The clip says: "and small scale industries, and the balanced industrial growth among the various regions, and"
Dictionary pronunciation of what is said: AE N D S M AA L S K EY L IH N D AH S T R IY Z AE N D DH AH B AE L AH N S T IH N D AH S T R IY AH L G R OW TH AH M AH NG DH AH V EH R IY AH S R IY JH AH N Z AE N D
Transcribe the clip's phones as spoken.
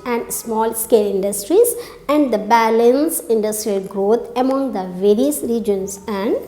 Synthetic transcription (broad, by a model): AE N D S M AA L S K EY L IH N D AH S T R IY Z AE N D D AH B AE L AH N S IH N D AH S T R IY AH L G R OW T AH M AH NG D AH V EH R IY AH S R IY JH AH N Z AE N D